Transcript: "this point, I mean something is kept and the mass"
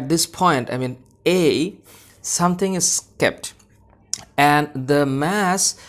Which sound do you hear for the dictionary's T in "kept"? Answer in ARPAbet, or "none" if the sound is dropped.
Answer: T